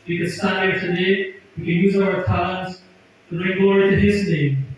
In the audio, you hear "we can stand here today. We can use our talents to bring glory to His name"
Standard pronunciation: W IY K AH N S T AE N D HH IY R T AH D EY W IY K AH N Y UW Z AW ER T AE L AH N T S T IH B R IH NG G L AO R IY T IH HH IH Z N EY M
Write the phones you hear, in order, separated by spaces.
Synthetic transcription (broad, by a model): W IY K AH N S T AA D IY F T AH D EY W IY K AH N Y UW Z AW ER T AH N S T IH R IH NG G AO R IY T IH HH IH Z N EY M